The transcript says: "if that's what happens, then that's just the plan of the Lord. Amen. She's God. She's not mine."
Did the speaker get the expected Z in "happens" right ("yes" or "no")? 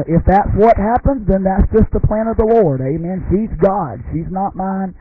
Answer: yes